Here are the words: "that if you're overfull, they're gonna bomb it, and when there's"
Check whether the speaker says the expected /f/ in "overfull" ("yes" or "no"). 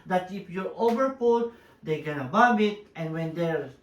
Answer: no